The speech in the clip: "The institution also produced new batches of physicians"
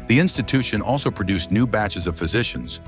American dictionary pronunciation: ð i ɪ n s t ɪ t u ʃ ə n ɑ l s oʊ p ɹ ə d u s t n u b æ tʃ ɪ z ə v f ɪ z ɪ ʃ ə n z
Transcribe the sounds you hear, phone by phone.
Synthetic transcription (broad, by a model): ð i ɪ n s t ɪ t u ʃ ə n ɑ l s oʊ p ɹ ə d u s n u b æ tʃ ɪ z ə v f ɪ z ɪ ʃ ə n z